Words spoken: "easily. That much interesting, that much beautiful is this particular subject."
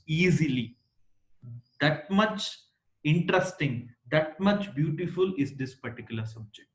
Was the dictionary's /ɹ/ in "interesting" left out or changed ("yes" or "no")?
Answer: no